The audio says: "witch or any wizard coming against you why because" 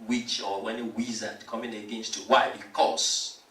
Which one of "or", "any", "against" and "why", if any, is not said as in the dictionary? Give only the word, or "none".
or